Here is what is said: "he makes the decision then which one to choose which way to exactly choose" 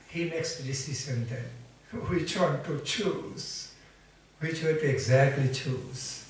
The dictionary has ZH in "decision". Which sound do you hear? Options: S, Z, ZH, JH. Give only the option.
S